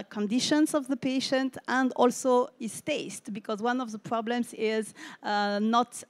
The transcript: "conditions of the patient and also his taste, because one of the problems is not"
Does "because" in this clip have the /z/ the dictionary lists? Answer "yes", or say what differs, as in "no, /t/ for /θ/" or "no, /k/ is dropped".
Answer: yes